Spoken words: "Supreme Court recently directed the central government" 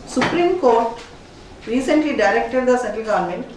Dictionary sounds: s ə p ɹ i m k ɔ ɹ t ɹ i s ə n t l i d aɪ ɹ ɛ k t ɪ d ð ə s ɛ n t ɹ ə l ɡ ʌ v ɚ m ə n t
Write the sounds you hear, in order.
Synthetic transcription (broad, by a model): s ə p ɹ i m k ɔ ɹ t ɹ i s ə n t l i d aɪ ɹ ɛ k t ɪ d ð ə s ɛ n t ə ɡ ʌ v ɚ m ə n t